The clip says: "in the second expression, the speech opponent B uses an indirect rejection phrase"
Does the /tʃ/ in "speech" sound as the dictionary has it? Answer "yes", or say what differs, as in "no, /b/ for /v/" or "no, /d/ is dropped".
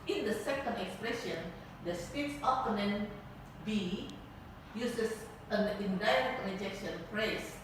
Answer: no, /s/ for /tʃ/